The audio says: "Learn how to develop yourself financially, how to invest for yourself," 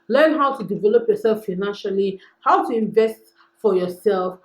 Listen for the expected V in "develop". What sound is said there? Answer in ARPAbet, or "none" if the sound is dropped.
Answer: V